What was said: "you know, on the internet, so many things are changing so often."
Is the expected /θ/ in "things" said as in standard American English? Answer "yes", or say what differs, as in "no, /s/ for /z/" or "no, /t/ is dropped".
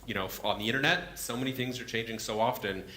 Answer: yes